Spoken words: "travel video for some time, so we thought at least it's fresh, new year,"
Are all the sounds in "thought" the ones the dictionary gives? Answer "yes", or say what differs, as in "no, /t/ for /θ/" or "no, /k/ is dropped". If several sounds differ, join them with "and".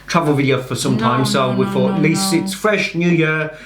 no, /f/ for /θ/ and /t/ is dropped